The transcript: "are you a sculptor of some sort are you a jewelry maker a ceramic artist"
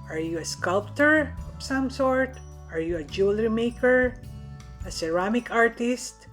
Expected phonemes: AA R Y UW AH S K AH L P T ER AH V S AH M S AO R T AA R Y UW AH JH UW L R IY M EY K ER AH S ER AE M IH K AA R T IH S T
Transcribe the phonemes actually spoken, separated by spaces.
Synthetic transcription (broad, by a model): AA R Y UW AH S K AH L P T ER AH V S AH M S AO R T AA R Y UW AH JH UW L R IY M EY K ER AH S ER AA M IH K AA R T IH S T